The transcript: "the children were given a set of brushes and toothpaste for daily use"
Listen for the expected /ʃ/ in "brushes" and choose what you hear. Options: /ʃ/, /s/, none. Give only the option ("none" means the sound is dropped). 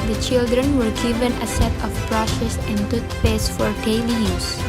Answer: /s/